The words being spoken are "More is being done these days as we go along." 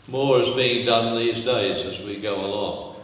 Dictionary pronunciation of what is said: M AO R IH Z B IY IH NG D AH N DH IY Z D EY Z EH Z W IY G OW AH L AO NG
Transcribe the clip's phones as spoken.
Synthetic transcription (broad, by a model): M AO R IH Z B IY IH NG D AH N DH IY Z D EY Z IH Z W IY G OW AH L AO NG